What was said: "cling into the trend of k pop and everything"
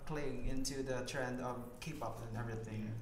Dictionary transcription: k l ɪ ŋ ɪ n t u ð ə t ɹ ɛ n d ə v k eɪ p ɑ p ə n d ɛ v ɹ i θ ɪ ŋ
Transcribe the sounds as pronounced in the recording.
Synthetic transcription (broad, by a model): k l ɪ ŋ ɪ n t u ð ə t ɹ ɛ n d ə v k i p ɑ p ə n ɛ v ɹ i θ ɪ ŋ